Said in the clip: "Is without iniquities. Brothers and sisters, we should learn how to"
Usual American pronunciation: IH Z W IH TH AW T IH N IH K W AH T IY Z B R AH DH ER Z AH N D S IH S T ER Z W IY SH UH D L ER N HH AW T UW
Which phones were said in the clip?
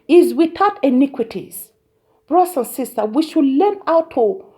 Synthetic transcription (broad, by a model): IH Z W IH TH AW T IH N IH K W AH T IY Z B R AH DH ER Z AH N S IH S T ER W IY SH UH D L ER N AW T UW